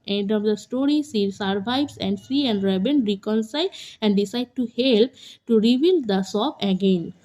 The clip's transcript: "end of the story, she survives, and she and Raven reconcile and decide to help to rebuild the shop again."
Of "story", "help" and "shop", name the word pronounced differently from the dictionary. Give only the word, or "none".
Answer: shop